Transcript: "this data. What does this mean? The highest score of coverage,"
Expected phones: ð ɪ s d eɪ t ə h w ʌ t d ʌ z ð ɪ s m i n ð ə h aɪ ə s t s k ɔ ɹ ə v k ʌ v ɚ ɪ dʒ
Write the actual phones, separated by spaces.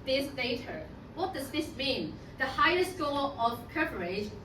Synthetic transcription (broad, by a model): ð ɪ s d eɪ t ə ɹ w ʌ t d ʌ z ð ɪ s m i n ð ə h aɪ ə s t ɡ ɔ l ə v k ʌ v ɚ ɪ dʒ